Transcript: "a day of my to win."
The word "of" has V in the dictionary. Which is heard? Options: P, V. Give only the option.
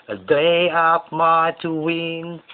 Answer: P